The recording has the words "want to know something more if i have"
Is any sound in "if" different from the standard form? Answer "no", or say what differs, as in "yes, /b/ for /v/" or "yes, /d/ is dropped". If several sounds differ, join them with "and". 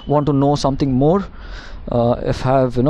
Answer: no